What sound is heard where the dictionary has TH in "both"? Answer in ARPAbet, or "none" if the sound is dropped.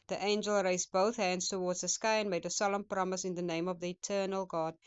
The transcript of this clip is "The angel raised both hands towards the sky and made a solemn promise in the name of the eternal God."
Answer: TH